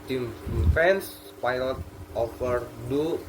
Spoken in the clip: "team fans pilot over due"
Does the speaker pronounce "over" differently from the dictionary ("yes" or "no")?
yes